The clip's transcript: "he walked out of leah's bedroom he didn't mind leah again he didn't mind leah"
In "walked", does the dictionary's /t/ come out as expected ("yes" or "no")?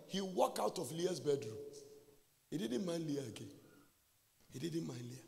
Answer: no